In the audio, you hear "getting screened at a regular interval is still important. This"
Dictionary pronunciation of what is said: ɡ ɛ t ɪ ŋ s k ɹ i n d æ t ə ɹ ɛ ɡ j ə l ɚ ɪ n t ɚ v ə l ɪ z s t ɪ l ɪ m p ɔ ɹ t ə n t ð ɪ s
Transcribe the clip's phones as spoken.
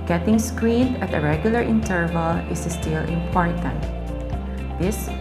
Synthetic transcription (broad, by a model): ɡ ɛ t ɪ ŋ s k ɹ i n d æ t ə ɹ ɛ ɡ j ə l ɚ ɪ n t ɚ v ə l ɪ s s t ɪ l ɪ m p ɔ ɹ t ə n t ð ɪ s